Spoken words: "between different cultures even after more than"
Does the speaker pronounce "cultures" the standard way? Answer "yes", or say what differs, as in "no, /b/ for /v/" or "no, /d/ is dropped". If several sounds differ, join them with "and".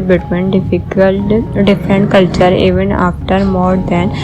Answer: no, /z/ is dropped